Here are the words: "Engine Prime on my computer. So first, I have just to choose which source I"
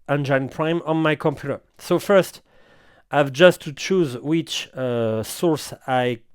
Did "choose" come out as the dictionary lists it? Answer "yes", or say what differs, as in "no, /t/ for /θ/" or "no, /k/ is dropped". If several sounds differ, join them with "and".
yes